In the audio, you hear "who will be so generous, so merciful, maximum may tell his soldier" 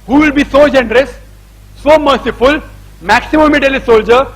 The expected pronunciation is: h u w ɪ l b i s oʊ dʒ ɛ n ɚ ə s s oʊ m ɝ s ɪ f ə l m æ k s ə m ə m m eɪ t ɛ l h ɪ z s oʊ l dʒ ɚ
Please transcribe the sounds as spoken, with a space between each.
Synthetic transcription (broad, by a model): h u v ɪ l b i s oʊ dʒ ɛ n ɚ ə s s oʊ m ɝ s ɪ f ə l m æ k s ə m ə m m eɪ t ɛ l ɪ s oʊ l dʒ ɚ